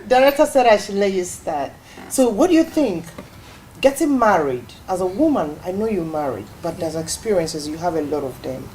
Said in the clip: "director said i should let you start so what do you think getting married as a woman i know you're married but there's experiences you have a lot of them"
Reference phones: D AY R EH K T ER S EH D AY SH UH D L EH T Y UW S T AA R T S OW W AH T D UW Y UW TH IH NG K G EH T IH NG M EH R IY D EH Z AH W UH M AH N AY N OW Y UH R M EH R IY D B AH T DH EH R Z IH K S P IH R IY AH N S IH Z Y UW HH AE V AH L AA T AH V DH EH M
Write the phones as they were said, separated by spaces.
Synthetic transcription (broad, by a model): D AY R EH K T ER S EH D AY SH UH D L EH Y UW S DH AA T S OW W AH T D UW Y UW TH IH NG K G EH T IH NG M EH R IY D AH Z AH W UH M AH N AY N OW Y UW M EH R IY D B AH T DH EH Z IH K S P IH R IY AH N S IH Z Y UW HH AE V AH L AA T AH V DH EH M